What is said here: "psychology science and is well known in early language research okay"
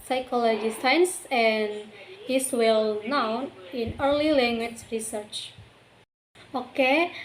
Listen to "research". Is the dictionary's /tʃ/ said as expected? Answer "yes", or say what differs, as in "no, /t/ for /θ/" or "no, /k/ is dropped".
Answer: yes